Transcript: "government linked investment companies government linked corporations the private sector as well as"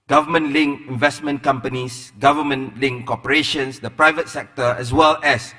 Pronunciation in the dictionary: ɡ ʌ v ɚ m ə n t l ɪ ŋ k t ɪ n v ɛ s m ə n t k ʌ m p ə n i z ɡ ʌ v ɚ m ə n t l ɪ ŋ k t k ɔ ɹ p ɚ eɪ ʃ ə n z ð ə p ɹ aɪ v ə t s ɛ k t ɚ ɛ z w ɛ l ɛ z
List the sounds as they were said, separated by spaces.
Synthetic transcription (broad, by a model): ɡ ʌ v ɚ m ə n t l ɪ ŋ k ɪ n v ɛ s m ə n k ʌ m p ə n i s ɡ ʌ v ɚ m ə n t l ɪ ŋ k k ɔ p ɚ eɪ ʃ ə n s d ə p ɹ aɪ v ə t s ɛ k t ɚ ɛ s w ɛ l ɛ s